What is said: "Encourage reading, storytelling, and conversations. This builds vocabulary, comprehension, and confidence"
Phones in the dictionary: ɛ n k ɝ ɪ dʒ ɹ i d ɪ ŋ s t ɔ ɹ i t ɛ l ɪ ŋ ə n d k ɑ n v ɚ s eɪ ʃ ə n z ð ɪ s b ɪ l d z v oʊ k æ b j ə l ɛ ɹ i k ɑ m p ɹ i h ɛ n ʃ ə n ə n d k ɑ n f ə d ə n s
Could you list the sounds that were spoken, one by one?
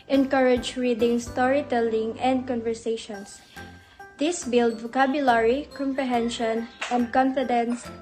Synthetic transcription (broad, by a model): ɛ n k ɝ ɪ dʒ ɹ i d ɪ ŋ s t ɔ ɹ i t ɛ l ɪ ŋ ə n d k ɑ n v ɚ s eɪ ʃ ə n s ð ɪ s b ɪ l d v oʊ k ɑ b j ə l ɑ ɹ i k ɑ m p ɹ i h ɛ n ʃ ə n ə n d k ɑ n f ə d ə n s